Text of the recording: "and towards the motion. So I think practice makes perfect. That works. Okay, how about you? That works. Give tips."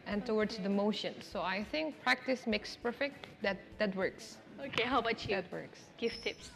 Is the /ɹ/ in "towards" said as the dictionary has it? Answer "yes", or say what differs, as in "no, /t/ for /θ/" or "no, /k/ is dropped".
no, /w/ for /ɹ/